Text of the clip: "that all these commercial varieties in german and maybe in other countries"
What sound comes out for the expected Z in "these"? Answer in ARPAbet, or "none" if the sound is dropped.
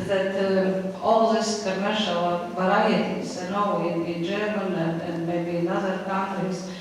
S